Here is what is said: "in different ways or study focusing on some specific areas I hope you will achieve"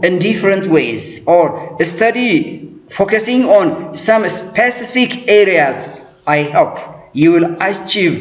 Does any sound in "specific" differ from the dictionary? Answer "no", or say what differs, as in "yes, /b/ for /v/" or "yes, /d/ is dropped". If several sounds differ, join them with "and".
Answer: no